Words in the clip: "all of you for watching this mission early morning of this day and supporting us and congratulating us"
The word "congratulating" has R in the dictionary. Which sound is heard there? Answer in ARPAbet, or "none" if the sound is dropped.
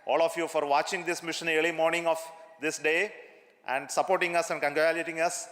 none